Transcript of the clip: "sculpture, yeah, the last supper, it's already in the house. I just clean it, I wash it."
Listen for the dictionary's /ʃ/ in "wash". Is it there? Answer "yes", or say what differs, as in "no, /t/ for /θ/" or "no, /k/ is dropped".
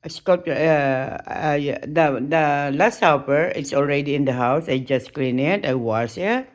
no, /s/ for /ʃ/